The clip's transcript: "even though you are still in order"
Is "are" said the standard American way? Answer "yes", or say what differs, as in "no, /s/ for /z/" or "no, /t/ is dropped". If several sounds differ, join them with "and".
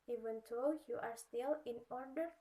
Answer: yes